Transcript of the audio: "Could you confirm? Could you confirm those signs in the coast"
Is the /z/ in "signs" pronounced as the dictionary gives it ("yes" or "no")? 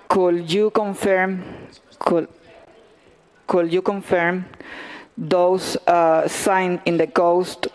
no